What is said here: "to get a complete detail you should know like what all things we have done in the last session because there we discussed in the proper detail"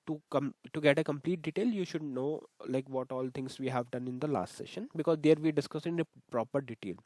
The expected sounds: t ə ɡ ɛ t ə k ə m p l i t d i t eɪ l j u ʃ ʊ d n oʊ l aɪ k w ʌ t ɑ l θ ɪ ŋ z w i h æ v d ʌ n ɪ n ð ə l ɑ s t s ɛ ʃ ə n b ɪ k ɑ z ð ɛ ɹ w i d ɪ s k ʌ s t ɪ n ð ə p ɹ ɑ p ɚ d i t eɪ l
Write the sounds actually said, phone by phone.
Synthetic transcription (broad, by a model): t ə ɡ ɛ t ə k ə m p l i t d i t eɪ l j u ʃ ʊ d n oʊ l aɪ k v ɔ t ɑ l t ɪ ŋ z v i h æ v d ʌ n ɪ n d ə l ɑ s t s ɛ ʃ ə n b ɪ k ɑ z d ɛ ɹ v i d ɪ s k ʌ s ɪ n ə p ɹ ɑ p ɚ d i t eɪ l